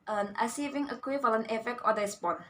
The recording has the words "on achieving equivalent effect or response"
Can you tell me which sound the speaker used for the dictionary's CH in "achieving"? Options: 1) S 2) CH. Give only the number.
1